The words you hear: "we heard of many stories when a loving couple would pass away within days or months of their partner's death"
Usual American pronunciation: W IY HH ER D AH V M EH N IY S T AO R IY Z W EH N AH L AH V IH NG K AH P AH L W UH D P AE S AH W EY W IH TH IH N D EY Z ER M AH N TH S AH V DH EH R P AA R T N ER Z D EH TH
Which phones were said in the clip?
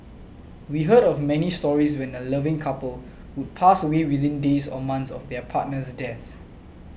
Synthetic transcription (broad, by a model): W IY HH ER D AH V M EH N IY S T AO R IY S W EH N AH L AH V IH NG K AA P AH L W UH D P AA S AH W EY W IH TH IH N D EY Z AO M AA N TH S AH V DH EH P AA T N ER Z D EH TH